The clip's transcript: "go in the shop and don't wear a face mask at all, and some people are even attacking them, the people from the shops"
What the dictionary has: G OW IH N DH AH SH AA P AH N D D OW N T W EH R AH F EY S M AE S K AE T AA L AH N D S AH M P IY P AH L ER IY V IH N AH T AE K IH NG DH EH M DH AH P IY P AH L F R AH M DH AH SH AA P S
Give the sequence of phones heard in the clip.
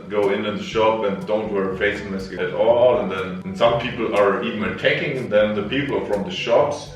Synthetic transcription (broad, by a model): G OW IH N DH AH SH AA P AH N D D OW N T W EH R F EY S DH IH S AE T AA L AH N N S AH M P IY P L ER IY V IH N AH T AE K IH NG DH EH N DH AH P IY P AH F R AH M DH AH SH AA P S